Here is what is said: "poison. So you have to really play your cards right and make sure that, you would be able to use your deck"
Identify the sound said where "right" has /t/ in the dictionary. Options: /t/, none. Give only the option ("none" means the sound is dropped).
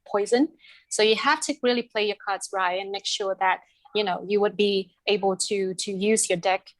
none